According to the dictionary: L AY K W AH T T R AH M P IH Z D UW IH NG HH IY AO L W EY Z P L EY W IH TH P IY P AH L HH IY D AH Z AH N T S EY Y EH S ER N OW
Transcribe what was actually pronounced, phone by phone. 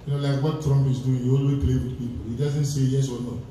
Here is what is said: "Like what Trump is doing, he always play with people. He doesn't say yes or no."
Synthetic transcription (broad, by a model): L AY K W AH T T R AH M P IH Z D UW IH NG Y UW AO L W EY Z P L EY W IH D P IY P AH L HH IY D AH Z AH N T S EY Y EH S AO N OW